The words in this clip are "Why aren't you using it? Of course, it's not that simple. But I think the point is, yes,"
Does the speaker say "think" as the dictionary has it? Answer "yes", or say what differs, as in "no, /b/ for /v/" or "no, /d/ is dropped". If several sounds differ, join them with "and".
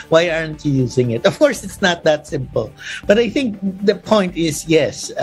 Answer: yes